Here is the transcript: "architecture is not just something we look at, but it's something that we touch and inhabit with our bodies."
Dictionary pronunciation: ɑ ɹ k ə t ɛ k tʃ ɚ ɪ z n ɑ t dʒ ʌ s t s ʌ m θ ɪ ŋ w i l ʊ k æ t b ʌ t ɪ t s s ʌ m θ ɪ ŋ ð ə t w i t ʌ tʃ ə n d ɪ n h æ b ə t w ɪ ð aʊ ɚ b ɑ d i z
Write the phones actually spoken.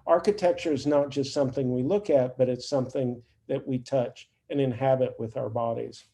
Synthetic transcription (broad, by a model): ɑ ɹ k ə t ɛ k tʃ ɚ ɪ z n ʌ t dʒ ʌ s t s ʌ m θ ɪ ŋ w i l ʊ k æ t b ʌ t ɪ t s s ʌ m θ ɪ ŋ ð ə t w i t ʌ tʃ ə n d ɪ n h æ b ə t w ɪ ð aʊ ɚ b ɑ d i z